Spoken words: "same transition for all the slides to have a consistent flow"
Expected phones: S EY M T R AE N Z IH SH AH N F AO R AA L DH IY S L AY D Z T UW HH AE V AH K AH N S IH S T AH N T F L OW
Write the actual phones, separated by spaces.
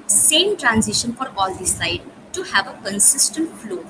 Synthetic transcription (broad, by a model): S EY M T R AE N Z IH SH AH N F AO R AA L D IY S AY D T UW HH AE V AH K AH N S IH S T AH N T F L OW